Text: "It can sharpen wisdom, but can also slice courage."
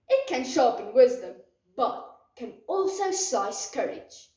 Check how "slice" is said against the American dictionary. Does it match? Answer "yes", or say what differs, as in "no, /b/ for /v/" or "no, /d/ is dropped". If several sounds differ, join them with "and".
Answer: no, /l/ is dropped